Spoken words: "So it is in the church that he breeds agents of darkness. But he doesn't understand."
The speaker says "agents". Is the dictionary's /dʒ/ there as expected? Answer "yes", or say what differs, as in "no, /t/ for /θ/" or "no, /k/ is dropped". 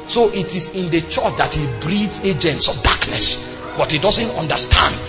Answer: yes